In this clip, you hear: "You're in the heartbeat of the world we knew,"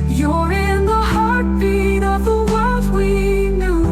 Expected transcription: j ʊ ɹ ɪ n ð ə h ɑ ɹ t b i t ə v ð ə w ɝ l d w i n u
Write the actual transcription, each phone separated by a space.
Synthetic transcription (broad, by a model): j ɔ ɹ ɪ n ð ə h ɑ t i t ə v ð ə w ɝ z w i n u